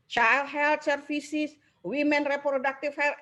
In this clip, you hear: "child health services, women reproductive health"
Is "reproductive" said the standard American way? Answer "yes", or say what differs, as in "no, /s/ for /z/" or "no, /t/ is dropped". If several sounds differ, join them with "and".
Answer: no, /f/ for /v/